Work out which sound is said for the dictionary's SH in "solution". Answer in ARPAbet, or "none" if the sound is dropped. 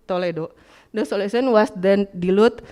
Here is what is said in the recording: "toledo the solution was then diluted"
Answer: S